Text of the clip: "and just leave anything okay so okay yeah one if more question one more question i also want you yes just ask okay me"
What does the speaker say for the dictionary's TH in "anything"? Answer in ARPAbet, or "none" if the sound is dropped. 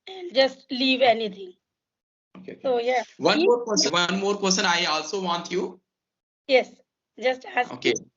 T